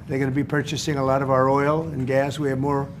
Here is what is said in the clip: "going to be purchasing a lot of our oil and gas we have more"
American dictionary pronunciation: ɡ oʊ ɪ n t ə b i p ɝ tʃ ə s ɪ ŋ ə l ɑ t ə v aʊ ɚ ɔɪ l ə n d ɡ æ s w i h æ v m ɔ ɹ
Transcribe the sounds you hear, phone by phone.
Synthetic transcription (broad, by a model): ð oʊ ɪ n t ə b i p ɝ tʃ ə s ɪ ŋ ə l ɑ t ə v aʊ ɚ ɔɪ l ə n ɡ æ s w i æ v m ɔ ɹ